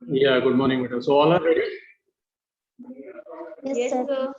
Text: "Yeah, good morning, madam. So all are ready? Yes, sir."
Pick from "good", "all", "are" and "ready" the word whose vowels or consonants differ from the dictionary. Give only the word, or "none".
are